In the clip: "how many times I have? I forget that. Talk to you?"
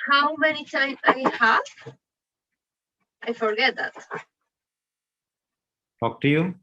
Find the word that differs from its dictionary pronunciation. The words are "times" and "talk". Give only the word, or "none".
times